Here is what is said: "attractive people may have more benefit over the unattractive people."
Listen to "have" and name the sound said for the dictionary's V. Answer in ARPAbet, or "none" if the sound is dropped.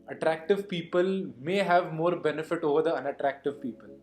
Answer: V